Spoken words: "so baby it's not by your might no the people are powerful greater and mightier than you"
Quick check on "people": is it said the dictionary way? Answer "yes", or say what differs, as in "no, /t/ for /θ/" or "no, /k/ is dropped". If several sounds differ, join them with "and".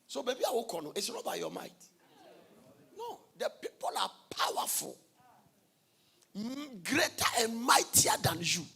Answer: yes